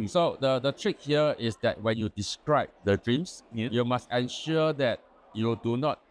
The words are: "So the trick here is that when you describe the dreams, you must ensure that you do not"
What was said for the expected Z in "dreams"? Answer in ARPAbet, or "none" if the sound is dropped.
S